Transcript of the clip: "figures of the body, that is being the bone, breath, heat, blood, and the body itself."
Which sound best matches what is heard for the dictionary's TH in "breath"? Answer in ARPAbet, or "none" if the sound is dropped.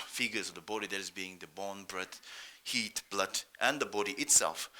T